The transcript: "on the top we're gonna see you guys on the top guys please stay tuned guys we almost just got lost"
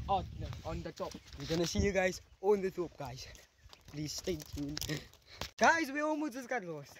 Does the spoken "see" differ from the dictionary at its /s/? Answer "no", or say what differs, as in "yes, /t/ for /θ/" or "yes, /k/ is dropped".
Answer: no